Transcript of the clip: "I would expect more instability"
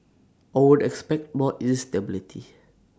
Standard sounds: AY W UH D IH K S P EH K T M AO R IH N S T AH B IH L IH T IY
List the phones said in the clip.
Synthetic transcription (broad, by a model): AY W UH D IH K S P EH K T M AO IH S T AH B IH L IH T IY